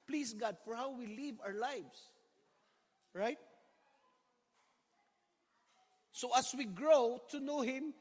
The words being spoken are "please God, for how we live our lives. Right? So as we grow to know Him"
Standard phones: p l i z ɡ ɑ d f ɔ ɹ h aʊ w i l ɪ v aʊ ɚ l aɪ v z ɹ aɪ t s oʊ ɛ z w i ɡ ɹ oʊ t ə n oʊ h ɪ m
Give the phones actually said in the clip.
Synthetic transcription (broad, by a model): p l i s ɡ ɑ d f ɔ ɹ h aʊ w i l ɪ v aʊ ɚ l aɪ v s ɹ aɪ t s oʊ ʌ s w i ɡ ɹ oʊ t ə n oʊ h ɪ m